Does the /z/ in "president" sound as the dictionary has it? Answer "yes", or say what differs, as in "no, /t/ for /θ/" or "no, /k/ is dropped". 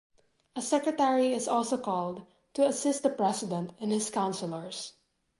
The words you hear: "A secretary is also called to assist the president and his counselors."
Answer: no, /s/ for /z/